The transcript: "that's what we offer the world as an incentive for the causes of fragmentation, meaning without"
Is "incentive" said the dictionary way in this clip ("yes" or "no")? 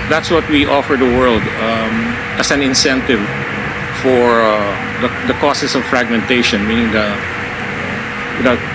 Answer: yes